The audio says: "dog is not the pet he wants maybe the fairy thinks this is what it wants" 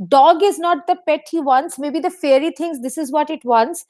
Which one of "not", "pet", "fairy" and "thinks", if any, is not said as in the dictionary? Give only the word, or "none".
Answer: thinks